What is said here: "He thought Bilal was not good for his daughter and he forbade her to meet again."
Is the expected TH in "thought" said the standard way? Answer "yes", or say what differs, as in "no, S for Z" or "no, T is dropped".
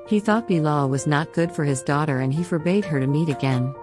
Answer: yes